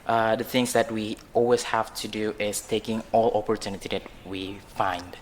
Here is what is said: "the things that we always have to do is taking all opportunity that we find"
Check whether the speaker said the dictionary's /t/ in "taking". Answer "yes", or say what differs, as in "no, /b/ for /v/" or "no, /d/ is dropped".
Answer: yes